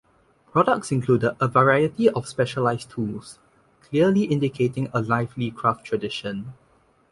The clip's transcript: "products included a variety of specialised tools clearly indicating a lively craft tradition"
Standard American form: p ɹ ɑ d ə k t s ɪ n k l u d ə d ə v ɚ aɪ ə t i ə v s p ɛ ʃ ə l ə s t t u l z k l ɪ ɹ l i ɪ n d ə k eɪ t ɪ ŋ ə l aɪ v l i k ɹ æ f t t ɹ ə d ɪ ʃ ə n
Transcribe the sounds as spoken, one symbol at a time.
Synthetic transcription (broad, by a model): p ɹ ɑ d ə k t s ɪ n k l u d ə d ə v ɚ aɪ ə t i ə f s p ɛ ʃ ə l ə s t t u l s k l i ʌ l i ɪ n d ə k eɪ t ɪ ŋ ə l aɪ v l i k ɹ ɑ f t t ɹ ə d ɪ ʃ ə n